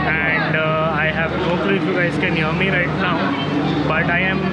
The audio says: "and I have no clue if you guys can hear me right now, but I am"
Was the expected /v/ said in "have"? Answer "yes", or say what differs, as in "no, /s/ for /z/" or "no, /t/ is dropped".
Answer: yes